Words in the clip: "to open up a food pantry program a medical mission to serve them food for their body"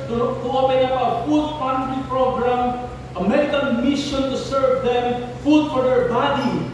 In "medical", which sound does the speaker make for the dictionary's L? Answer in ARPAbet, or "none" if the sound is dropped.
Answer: N